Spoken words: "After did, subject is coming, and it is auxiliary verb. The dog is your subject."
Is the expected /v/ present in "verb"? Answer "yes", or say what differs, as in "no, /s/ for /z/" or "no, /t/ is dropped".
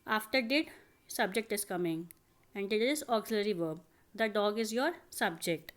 yes